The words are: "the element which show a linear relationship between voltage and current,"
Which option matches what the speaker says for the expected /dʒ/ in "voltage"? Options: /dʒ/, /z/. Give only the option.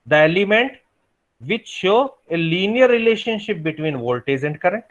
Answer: /z/